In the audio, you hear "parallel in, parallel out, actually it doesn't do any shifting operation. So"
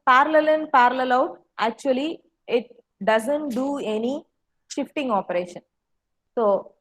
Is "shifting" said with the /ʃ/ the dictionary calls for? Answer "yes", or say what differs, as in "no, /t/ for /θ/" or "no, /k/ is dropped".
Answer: yes